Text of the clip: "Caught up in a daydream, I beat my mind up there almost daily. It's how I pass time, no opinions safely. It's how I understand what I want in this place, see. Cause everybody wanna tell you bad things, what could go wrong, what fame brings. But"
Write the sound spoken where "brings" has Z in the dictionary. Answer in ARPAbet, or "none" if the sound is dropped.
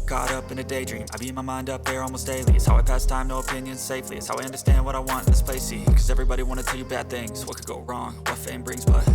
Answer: Z